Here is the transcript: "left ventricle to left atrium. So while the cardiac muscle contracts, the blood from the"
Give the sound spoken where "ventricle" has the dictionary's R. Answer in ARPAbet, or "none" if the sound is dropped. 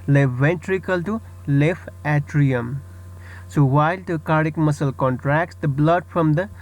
R